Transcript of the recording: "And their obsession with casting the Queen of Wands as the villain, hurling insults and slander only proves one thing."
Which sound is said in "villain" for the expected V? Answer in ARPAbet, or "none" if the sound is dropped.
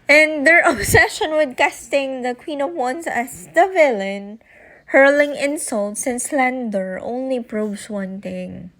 V